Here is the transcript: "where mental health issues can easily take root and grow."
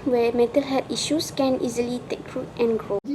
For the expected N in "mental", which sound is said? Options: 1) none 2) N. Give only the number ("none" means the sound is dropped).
1